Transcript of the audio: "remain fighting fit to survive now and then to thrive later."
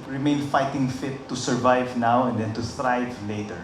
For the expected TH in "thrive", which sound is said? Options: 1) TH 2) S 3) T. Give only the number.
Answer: 3